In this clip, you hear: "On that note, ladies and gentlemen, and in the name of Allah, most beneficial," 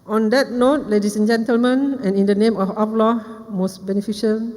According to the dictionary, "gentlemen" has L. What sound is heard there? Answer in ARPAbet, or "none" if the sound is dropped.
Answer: L